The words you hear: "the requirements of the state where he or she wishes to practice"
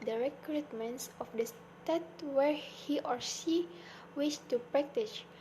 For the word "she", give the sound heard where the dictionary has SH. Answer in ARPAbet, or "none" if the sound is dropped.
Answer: S